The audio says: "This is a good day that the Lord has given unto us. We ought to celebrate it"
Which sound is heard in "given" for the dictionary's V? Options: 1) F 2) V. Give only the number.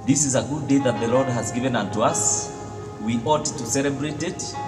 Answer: 2